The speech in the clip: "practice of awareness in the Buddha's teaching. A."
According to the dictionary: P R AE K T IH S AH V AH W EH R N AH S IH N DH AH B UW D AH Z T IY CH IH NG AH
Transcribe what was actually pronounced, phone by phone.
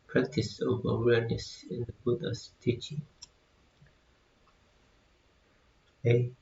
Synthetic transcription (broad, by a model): P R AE K T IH S AH V AH W EH R N AH S IH N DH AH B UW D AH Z T IY CH IH NG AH